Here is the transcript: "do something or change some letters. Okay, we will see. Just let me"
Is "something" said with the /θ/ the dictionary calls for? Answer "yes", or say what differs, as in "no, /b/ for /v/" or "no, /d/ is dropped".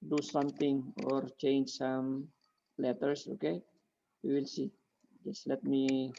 no, /t/ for /θ/